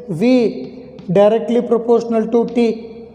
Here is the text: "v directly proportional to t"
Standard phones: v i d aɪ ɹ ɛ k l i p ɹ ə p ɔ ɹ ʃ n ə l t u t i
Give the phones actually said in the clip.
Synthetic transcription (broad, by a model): v i d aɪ ɹ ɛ k l i p ɹ ə p ɔ ɹ ʃ n ə l t u t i